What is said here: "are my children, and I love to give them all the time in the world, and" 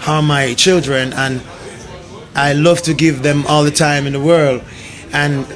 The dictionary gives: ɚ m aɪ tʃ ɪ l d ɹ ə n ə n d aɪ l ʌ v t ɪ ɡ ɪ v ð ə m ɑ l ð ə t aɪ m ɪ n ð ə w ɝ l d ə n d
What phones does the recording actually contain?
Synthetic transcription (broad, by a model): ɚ m aɪ tʃ ɪ l d ɹ ə n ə n aɪ l ʌ v t ɪ ɡ ɪ v ð ə m ɑ l ð ə t aɪ m ɪ n ð ə w ɝ l d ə n